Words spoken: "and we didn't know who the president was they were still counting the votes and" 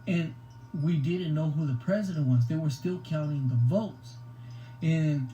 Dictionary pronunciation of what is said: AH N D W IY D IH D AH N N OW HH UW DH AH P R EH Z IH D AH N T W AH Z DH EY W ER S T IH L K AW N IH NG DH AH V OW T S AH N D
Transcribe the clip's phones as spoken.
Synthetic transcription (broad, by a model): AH N W IY D IH D N N OW HH UW DH AH P R EH Z IH D AH N T W AH Z DH EY W ER S T IH L K AW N IH NG DH AH V OW T S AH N